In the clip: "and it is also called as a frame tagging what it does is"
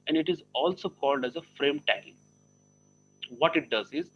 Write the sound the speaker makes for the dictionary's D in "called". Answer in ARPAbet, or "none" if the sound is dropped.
D